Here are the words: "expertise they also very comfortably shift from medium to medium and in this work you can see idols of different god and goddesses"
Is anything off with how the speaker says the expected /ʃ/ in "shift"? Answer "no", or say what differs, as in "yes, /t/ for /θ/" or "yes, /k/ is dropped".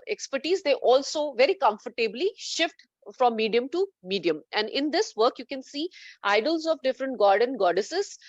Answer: no